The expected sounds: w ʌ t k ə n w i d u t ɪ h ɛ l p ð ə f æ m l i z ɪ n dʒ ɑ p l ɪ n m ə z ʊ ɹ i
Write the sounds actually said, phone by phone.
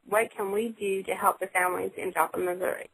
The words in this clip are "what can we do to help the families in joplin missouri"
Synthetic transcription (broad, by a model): w ʌ t k ə n w i d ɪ t ɪ h ɛ l p ð ə f æ m l i z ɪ n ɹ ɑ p ɪ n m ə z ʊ ɹ i